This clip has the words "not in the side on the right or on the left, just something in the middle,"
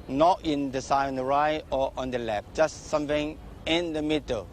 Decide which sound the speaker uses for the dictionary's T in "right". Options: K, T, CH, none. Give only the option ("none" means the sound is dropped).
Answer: none